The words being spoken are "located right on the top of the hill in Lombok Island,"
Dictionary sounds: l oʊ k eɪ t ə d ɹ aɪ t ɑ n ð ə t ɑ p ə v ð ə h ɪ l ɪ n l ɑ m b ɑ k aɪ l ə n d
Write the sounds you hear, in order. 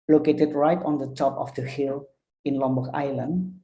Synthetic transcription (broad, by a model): l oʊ k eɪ t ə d ɹ aɪ t ɑ n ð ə t ɑ p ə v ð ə h ɪ l ɪ n l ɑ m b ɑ aɪ l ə n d